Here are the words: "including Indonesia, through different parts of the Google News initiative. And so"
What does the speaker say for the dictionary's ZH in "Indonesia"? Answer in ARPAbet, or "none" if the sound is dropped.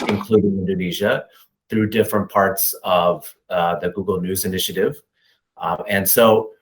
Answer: ZH